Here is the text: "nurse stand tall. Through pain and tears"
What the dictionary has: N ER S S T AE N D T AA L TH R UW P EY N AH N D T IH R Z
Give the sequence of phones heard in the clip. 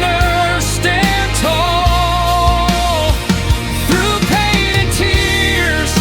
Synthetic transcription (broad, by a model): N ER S S T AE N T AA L TH R UW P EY AH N T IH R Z